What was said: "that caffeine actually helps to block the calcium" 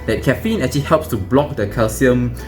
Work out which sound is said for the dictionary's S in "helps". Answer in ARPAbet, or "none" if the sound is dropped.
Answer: S